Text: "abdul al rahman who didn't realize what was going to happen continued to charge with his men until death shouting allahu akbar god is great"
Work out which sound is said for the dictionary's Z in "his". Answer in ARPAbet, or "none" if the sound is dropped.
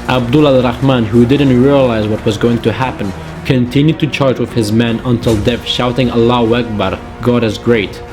Z